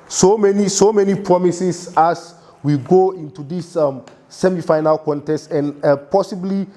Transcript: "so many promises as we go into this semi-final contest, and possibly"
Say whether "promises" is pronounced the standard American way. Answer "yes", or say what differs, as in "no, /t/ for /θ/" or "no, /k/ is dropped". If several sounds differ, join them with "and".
no, /s/ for /z/